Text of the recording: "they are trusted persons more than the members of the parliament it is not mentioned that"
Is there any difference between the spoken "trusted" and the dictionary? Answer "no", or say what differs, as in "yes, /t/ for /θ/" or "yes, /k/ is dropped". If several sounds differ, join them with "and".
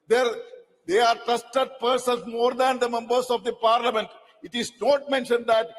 yes, /ɹ/ is dropped